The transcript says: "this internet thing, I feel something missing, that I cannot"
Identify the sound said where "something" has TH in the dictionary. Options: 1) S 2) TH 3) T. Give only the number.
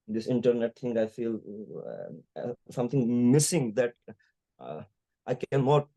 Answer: 3